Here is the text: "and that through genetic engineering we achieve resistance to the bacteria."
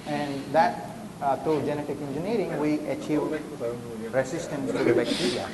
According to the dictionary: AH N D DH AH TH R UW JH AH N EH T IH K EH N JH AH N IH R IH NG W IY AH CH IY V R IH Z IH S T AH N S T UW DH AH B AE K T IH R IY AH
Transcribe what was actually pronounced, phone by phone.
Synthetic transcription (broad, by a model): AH N D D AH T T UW JH AH N EH T IH K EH N JH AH N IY R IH NG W IY AH CH IY V R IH S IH S T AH N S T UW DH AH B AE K T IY R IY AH